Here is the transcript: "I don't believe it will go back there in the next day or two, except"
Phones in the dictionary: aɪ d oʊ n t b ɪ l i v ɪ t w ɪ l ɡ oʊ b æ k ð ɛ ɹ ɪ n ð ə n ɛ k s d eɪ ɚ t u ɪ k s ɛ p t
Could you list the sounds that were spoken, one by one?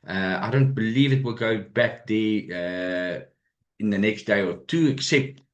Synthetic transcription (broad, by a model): aɪ d oʊ n t b ɪ l i v ɪ t w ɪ l ɡ oʊ b æ k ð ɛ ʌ ɪ n ð ə n ɛ k s d eɪ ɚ t u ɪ k s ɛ p t